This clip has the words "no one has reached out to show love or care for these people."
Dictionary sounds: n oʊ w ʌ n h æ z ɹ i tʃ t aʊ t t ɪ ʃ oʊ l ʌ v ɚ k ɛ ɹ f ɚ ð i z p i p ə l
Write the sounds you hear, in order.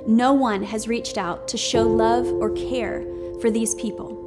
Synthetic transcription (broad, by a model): n oʊ w ʌ n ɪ z ɹ i tʃ t aʊ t t ɪ ʃ oʊ l ʌ v ɚ k ɛ ɹ f ɚ ð i z p i p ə l